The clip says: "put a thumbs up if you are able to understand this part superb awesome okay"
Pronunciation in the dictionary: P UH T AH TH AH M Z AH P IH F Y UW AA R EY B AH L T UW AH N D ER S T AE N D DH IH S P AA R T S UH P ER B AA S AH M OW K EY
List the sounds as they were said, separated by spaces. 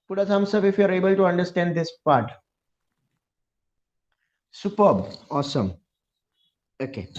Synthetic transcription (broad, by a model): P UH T AH S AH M S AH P IH F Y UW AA R EY B AH L T UW AH N D ER S T AE N D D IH S P AA R T S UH P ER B AA S AH M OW K EY